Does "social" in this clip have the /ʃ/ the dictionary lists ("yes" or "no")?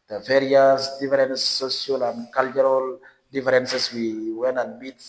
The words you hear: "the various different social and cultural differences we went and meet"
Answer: no